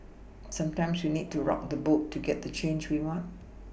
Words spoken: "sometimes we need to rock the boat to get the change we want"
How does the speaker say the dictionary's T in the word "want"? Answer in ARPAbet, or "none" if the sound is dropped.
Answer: T